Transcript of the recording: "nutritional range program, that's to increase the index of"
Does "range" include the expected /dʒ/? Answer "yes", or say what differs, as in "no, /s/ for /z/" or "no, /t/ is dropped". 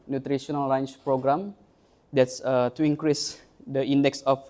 no, /tʃ/ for /dʒ/